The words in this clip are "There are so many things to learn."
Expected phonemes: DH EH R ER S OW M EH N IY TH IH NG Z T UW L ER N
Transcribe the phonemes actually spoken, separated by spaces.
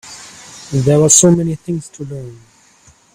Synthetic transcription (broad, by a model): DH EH W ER S OW M EH N IY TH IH NG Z T UW L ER N